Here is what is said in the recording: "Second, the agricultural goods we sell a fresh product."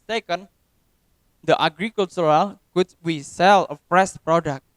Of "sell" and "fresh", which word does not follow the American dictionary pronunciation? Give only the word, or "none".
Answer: fresh